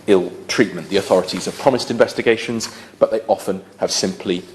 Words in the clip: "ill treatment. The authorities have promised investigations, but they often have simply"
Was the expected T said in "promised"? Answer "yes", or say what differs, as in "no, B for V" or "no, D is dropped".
yes